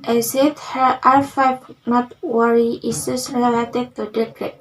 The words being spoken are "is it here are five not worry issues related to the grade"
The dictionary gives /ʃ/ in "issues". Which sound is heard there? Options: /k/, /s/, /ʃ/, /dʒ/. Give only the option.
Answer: /s/